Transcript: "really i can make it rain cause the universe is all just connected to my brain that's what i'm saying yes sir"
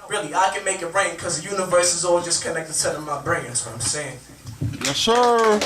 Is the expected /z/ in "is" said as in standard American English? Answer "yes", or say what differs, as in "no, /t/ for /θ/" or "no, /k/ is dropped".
yes